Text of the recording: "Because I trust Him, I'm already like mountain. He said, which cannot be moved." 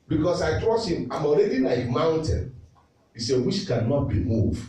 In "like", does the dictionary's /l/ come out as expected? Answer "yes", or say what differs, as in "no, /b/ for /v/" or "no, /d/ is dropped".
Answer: no, /n/ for /l/